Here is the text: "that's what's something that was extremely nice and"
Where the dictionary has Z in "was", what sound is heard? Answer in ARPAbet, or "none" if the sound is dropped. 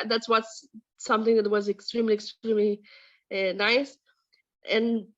Z